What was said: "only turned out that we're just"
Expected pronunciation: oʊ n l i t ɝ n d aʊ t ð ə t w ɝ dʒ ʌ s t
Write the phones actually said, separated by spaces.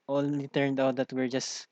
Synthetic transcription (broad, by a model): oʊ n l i t ɝ n d aʊ t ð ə t w ɝ dʒ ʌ s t